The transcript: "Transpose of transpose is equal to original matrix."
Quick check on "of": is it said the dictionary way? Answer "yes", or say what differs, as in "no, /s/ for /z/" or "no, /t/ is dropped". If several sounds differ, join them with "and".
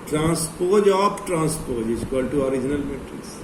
no, /p/ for /v/